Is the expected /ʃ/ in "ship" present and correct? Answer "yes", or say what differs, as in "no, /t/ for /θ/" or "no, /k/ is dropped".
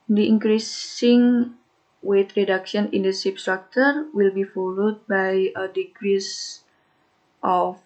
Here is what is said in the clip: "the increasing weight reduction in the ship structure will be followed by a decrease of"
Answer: no, /s/ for /ʃ/